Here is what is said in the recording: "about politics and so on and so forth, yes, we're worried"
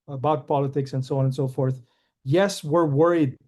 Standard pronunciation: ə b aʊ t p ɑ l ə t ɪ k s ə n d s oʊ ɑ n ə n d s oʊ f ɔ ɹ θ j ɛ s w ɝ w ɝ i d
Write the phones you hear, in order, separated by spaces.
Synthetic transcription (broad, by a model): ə b aʊ t p ɑ l ə t ɪ k s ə n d s oʊ ɑ n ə n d s oʊ f ɔ ɹ θ j ɛ s w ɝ w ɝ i d